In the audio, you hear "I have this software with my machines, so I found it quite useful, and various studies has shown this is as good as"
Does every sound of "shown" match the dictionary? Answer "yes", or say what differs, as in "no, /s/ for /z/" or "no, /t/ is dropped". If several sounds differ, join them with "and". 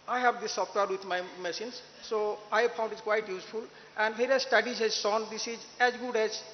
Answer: no, /s/ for /ʃ/